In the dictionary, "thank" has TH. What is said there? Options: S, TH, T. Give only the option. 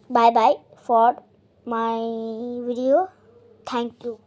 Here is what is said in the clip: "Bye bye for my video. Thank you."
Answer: T